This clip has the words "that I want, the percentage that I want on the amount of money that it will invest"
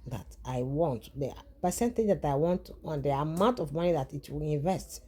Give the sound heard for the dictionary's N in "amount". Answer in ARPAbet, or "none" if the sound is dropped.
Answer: N